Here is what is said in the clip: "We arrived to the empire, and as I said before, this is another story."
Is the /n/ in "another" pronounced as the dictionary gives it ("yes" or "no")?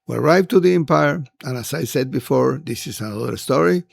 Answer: no